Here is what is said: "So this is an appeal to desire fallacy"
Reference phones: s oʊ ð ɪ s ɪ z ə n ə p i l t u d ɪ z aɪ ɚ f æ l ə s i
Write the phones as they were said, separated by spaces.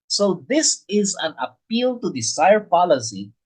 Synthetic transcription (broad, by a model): s oʊ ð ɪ s ɪ z ə n ə p i l t u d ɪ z aɪ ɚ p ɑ l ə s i